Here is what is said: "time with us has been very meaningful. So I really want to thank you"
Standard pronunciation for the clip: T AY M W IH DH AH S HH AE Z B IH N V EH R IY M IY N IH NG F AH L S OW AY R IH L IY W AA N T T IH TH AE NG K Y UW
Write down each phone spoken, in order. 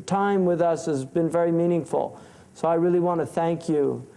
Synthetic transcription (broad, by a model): T AY M W IH DH AH S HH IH Z B IH N V EH R IY M IY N IH NG F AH L S OW AY R IH L IY W AA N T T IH TH AE NG K Y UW